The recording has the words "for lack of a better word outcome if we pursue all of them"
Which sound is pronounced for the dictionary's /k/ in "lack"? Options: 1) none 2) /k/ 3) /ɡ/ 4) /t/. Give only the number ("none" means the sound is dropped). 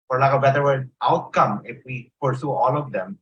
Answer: 1